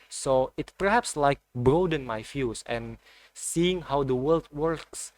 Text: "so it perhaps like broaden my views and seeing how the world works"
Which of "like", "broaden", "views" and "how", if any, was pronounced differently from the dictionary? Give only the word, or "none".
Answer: views